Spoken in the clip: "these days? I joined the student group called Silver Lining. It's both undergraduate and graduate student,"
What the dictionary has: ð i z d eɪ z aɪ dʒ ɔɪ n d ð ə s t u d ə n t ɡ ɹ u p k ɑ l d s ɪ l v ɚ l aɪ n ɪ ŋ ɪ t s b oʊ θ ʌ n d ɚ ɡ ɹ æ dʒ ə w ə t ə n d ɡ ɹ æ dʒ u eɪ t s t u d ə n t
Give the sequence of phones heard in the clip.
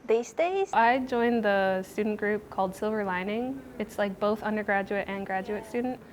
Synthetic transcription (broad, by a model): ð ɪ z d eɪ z aɪ dʒ ɔɪ n ð ə s t u d n ɡ ɹ u p k ɑ l d s ɪ l v ɚ l aɪ n ɪ ŋ ɪ t s b oʊ θ ʌ n d ɚ ɡ ɹ æ dʒ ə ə t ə n ɡ ɹ æ dʒ u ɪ t s t u d n t